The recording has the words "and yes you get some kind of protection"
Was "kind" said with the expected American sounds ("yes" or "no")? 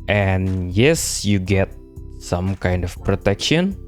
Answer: yes